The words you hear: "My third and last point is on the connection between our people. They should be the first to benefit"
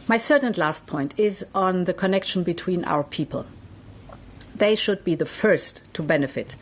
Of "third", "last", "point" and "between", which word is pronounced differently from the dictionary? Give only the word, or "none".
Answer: third